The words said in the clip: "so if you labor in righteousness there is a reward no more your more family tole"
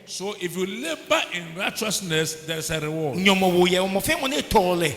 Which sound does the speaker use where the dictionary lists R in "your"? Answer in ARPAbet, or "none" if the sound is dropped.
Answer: W